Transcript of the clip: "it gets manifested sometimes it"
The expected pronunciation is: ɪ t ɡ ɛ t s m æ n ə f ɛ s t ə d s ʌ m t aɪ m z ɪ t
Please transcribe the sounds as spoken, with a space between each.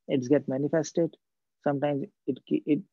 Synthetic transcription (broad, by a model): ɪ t ɡ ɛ t m æ n ə f ɛ s t ə d s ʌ m t aɪ m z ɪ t